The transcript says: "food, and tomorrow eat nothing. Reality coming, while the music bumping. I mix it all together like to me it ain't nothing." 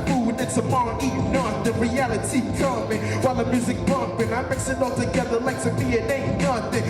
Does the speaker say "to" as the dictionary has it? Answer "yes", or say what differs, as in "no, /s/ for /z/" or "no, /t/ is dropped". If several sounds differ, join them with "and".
no, /s/ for /t/